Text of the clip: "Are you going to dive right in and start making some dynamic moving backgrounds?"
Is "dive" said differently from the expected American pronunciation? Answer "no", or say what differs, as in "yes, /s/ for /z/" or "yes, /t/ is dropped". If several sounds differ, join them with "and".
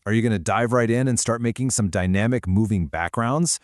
no